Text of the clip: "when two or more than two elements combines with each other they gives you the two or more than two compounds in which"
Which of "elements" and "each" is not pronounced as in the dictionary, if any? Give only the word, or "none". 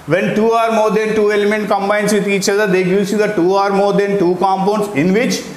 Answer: elements